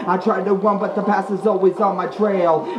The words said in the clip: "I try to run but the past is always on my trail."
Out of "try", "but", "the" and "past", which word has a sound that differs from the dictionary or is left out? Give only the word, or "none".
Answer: past